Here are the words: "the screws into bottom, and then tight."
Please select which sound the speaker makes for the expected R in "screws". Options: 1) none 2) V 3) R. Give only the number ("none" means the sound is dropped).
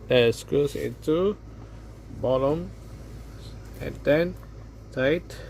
1